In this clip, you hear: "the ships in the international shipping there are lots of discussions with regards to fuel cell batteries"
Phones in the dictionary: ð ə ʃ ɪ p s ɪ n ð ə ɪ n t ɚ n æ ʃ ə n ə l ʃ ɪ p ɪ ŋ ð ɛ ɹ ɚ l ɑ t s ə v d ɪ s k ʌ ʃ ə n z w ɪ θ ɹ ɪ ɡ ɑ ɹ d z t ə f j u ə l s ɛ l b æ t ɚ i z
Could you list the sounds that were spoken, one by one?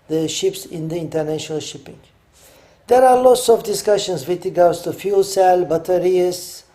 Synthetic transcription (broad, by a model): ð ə ʃ ɪ p s ɪ n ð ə ɪ n t ɚ n æ ʃ ə n ə l ʃ ɪ p ɪ ŋ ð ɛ ɹ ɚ l ɑ t s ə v d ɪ s k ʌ ʃ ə n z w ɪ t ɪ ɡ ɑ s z t ə f j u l s ɛ l b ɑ t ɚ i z